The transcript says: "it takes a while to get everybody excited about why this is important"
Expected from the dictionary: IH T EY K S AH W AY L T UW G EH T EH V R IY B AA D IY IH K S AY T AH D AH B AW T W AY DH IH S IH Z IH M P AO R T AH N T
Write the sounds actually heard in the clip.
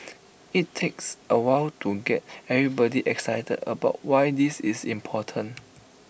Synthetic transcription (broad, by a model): IH T EY K S AH W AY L T UW G EH T EH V R IY B AA D IY IH K S AY T AH D AH B AW T W AY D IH S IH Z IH M P AO T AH N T